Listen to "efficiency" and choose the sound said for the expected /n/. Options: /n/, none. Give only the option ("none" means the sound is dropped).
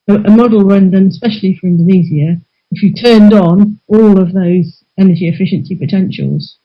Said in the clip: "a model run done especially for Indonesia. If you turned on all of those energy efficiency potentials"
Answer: /n/